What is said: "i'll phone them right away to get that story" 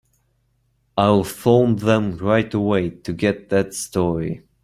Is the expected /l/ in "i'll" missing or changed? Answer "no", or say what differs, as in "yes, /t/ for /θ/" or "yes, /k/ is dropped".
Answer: yes, /w/ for /l/